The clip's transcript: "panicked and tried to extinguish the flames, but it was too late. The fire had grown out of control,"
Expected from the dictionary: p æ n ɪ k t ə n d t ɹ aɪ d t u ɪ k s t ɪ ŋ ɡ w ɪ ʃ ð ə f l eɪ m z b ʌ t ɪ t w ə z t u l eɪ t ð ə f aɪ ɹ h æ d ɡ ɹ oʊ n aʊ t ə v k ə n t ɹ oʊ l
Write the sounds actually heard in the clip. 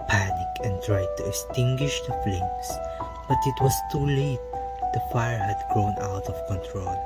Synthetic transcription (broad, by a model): p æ n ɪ k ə n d t ɹ aɪ d t u ɪ k s t ɪ ŋ ɡ w ɪ ʃ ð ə f l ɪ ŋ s b ʌ t ɪ t w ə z t u l eɪ t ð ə f aɪ ɹ h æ d ɡ ɹ oʊ n aʊ t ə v k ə n t ɹ oʊ l